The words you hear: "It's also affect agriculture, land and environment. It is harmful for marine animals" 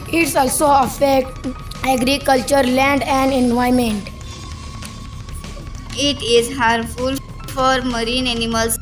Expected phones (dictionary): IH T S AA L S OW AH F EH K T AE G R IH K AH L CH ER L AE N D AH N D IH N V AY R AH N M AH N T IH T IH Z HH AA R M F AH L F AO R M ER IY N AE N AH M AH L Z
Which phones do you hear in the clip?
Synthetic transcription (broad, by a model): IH T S AA L S OW AH F EH K T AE G R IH K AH L CH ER L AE N D AH N D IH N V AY AH M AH N T IH T IH Z HH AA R F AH L F AO R M ER IY N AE N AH M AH L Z